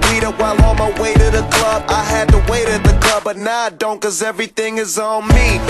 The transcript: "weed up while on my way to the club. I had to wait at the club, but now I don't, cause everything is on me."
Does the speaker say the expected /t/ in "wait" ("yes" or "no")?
yes